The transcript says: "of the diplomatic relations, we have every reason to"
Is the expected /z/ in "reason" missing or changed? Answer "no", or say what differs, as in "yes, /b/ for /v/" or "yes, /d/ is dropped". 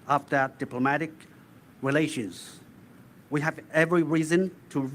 no